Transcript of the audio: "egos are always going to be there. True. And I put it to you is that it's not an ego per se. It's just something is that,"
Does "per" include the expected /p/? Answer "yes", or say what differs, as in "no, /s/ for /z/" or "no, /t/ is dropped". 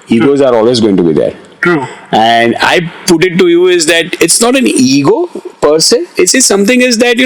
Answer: yes